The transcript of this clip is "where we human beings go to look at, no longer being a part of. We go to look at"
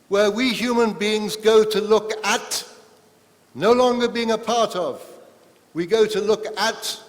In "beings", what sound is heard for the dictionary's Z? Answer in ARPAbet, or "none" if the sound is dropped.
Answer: Z